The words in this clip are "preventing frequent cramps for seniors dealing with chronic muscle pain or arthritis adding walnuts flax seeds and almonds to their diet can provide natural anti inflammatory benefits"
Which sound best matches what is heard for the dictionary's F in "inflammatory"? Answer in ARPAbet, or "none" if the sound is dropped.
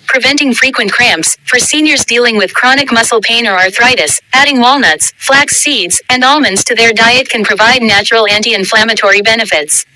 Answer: F